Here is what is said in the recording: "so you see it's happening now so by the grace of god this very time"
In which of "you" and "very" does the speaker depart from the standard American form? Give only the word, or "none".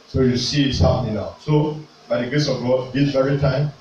none